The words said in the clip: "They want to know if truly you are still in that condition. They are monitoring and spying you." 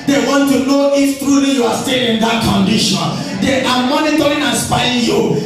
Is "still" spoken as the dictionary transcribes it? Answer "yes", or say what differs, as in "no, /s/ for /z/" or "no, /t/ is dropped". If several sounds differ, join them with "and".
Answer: no, /n/ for /l/